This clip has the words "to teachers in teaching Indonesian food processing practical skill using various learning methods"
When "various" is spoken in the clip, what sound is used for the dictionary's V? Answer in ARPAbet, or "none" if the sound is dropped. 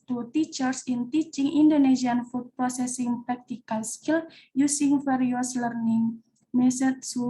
F